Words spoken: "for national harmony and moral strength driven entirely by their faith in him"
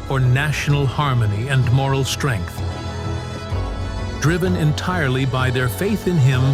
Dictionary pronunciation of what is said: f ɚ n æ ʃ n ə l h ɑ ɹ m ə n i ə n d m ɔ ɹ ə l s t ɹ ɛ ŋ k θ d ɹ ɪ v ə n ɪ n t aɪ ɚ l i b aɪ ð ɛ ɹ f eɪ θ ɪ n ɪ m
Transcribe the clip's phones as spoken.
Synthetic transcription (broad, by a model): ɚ n æ ʃ n l h ɑ ɹ m ə n i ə n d m ɔ ɹ l s t ɹ ɛ ŋ k θ d ɹ ɪ v ə n ɪ n t aɪ ɚ l i b aɪ ð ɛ ɹ f eɪ θ ɪ n ɪ m